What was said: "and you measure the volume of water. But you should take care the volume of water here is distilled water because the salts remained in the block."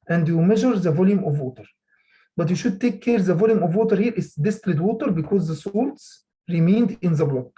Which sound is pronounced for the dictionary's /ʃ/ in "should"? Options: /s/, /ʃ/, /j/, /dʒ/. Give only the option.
/ʃ/